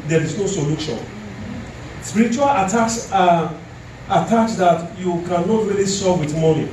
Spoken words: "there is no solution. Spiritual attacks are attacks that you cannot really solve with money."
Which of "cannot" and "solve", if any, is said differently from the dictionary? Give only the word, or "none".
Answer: solve